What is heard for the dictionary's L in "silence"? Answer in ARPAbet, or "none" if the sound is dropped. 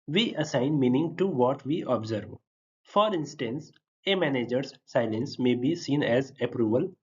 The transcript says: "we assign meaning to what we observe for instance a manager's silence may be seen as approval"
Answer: L